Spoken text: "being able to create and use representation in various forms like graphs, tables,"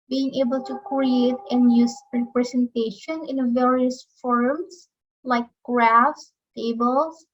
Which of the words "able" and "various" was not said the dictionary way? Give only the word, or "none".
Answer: none